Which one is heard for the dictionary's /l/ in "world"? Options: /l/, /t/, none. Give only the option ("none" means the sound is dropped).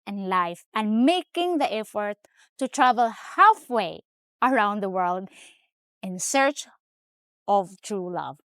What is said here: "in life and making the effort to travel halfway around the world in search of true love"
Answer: /l/